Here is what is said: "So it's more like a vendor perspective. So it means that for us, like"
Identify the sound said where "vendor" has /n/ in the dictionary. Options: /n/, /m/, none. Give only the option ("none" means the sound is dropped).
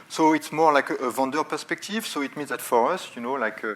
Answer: none